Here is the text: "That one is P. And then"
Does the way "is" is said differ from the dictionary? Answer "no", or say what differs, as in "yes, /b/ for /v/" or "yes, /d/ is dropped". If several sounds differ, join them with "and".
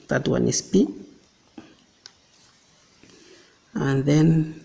yes, /s/ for /z/